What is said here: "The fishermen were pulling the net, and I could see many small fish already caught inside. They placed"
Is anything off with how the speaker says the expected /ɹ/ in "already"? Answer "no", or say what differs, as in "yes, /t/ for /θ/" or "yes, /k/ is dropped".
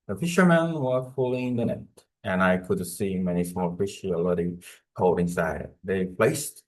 yes, /ɹ/ is dropped